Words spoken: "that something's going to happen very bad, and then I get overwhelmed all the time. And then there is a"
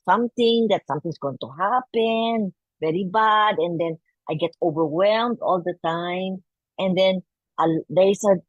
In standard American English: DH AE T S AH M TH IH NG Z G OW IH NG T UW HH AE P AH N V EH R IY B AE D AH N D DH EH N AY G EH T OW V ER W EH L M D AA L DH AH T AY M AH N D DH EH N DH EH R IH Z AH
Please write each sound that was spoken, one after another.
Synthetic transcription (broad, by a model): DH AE T S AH M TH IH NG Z G OW IH NG T UW HH AE P AH N V EH R IY B AE D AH N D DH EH N AY G EH T OW V ER W EH L M D AA L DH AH T AY M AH N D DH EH N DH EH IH S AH